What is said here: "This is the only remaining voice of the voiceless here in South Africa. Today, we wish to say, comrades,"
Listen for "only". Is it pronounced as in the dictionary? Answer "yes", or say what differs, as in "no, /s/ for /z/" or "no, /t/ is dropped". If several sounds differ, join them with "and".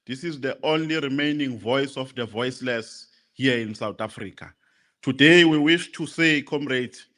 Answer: yes